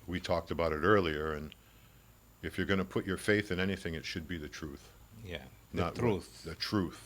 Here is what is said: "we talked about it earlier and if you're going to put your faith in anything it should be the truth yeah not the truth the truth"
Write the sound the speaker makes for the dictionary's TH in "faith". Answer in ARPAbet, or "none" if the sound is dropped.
TH